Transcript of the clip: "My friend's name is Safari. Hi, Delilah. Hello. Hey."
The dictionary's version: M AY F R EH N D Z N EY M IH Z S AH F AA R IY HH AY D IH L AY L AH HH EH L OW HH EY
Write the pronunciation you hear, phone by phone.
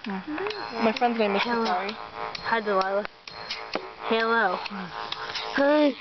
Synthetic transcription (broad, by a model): M AY F R EH N D Z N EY IH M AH AA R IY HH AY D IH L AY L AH HH EH L OW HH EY